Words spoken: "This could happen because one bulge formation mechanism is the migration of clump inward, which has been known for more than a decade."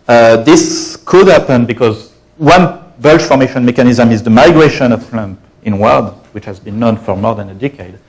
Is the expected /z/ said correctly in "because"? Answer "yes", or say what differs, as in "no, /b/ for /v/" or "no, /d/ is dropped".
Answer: yes